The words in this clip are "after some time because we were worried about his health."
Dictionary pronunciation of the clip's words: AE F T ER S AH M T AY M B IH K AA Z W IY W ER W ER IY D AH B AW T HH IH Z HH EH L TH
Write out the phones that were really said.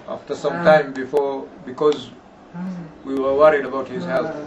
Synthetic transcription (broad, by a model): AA F T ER S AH M T AY M B IH K AA Z W IY W ER W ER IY D AH B AW T HH IH Z HH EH L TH